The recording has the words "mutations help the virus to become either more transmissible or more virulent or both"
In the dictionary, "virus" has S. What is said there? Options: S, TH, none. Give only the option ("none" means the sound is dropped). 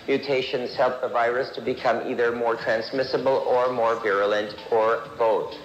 S